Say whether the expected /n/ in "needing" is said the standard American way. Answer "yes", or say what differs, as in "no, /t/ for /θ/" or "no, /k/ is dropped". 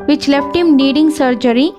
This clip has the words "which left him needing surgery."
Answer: no, /l/ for /n/